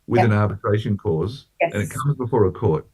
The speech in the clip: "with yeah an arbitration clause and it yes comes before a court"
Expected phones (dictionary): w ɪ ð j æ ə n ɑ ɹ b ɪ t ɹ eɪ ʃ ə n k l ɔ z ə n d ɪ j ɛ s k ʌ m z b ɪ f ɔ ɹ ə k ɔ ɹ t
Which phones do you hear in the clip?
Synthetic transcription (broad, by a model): w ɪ ð ə n ɑ ɹ b ɪ t ɹ eɪ ʃ ə n k ɔ z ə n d ɪ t k ʌ m z b ɪ f ɔ ɹ ə k ɔ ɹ t